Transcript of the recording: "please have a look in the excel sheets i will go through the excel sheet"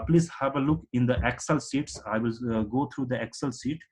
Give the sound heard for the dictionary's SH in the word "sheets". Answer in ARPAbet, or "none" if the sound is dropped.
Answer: S